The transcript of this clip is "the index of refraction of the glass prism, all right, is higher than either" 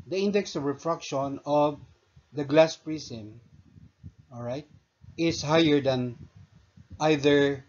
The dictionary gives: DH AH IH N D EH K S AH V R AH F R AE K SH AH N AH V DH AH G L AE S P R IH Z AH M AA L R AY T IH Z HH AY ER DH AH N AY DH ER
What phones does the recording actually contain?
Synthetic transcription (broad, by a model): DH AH IH N D EH K S AH V R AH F R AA K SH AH N AH V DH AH G L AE S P R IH S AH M AA L R AY T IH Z HH AY ER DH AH N AY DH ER